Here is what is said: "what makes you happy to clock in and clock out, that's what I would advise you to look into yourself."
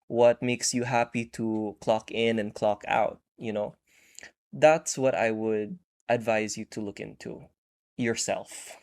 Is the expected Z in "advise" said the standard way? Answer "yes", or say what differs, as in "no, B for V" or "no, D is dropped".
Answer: yes